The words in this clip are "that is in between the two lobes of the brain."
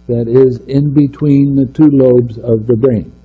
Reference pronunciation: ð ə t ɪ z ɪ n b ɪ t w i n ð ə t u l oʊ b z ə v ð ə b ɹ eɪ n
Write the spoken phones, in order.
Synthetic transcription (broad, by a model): ð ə t ɪ z ɪ n b ɪ t w i n ð ə t u l oʊ b z ə v ð ə b ɹ eɪ n